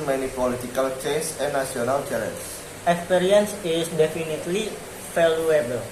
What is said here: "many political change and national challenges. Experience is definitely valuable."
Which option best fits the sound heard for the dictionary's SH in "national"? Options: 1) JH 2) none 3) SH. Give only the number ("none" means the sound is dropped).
2